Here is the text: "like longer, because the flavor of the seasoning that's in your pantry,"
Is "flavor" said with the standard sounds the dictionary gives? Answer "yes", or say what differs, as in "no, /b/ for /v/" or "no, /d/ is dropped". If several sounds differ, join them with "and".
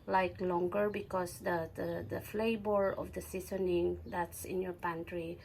no, /b/ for /v/